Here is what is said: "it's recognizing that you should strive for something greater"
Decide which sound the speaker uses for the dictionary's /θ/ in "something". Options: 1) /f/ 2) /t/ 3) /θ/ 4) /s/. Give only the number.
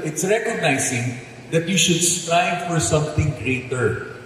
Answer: 2